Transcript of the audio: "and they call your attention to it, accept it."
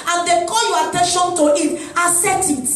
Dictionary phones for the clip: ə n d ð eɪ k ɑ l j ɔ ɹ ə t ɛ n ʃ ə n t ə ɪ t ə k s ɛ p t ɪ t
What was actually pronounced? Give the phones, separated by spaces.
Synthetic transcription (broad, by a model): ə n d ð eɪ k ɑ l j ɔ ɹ ə t ɛ n ʃ ə n t ə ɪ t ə s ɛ t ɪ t